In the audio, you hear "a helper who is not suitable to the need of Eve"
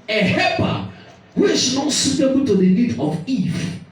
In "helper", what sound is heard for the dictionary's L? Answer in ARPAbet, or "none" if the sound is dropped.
none